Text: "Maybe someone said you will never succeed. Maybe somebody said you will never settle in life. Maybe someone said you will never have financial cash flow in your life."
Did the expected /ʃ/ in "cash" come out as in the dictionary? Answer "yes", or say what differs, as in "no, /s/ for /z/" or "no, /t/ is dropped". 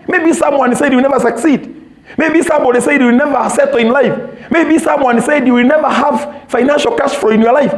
no, /s/ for /ʃ/